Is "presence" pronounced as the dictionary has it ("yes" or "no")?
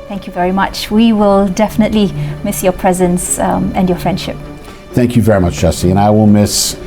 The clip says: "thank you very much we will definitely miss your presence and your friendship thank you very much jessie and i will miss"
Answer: yes